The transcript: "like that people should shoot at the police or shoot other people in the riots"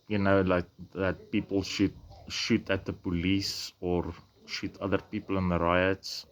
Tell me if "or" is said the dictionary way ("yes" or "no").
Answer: yes